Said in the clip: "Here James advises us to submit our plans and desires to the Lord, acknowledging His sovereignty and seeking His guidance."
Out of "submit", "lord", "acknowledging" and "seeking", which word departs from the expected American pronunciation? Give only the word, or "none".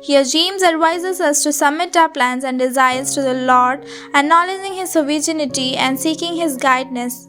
acknowledging